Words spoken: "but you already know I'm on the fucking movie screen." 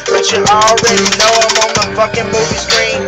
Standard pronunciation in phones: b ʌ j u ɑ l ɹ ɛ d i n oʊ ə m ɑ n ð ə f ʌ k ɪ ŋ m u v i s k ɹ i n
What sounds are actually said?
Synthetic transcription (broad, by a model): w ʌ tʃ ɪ ɑ l ɹ ɛ d i l oʊ ə m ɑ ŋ ð ə f ʌ k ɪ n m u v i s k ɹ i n